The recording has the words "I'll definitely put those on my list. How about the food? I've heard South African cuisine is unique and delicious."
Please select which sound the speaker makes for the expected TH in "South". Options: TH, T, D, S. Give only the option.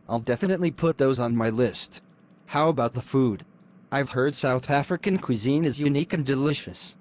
TH